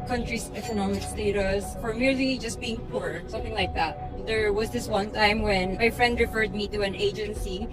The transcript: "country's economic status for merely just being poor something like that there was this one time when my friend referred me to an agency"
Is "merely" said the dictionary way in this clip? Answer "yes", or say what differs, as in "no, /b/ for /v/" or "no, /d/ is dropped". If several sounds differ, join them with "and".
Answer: yes